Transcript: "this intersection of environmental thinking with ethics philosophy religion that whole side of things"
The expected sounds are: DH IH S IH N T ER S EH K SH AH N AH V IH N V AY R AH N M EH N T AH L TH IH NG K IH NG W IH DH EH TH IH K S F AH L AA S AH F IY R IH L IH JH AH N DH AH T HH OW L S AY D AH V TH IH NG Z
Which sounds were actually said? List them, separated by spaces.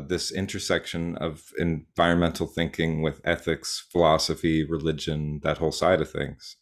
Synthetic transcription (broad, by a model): DH IH S IH N T ER S EH K SH AH N AH V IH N V AY R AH N M EH N T L TH IH NG K IH NG W IH DH EH TH IH K S F AH L AA S AH F IY R IH L IH JH AH N DH AH T HH OW L S AY D AH V TH IH NG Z